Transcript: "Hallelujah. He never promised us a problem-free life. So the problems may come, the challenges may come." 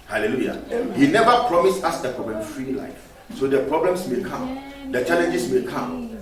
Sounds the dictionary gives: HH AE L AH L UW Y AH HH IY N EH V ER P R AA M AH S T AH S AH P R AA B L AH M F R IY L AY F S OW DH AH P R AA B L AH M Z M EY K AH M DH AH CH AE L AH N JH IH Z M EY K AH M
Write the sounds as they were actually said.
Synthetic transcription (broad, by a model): HH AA L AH L UW Y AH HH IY N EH V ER P R AA M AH S AA S AH P R AA B L AH M F R IY L AY F S OW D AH P R AA B L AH M S M EY K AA M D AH CH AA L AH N JH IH S M EY K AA M